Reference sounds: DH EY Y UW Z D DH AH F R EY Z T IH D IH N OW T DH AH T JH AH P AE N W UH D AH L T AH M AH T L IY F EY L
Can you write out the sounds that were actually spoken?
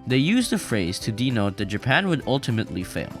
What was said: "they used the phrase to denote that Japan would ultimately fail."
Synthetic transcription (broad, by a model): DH EY Y UW Z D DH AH F R EY Z T IH D IH N OW T DH AH T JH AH P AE N W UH D AH L T AH M AH T L IY F EY L